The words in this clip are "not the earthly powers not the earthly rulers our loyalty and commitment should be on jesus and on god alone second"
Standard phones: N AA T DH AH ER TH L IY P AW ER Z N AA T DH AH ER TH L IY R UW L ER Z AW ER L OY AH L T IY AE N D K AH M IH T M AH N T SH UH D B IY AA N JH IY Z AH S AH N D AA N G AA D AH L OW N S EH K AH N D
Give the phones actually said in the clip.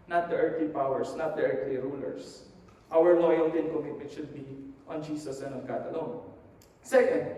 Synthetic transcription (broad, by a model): N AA T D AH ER T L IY P AW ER S N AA T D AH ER T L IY R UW L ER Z AW ER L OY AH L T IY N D K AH M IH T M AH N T SH UH D B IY AA N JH IY S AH S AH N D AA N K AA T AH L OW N S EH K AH N D